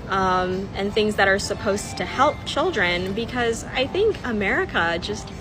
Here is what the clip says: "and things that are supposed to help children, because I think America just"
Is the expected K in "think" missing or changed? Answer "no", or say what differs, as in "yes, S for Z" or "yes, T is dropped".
no